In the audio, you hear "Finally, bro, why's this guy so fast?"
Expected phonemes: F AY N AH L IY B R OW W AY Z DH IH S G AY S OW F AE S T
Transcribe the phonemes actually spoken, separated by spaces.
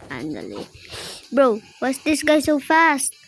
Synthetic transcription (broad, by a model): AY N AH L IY B R OW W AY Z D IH S G AY S OW F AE S T